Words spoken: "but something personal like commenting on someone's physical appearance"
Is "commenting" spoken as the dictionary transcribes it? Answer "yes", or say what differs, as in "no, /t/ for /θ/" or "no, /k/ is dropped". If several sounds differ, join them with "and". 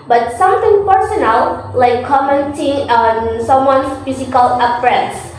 yes